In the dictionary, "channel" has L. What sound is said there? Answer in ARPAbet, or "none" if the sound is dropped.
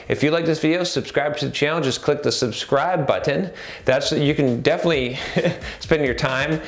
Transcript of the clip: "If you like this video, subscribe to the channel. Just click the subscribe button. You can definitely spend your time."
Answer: N